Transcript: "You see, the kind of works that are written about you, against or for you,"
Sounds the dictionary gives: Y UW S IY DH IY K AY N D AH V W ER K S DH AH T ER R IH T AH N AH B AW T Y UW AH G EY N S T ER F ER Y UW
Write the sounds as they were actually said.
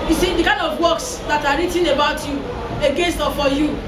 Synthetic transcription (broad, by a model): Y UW S IY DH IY K AY N D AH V W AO K S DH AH T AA R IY T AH N AH B AW T Y UW AH G EY N S T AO F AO Y UW